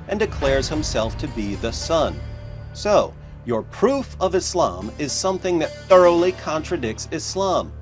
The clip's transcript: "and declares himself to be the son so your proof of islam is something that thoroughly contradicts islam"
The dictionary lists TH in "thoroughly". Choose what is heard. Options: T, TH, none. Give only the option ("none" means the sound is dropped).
TH